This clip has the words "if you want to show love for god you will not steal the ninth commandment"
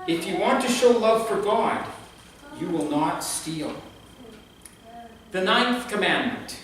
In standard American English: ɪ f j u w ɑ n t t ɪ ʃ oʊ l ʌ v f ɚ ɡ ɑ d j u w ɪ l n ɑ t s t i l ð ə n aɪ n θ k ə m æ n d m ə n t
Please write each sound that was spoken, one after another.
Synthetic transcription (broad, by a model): ɪ f j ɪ w ɑ n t t ɪ ʃ oʊ l ʌ v f ɚ ɡ ɑ d j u w ɪ l n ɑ t s t i l ð ə n aɪ n θ k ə m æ n m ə n t